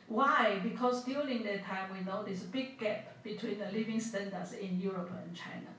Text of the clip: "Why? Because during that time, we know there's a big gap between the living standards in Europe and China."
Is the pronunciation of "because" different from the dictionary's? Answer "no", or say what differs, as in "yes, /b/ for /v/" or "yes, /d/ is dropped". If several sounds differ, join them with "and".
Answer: yes, /s/ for /z/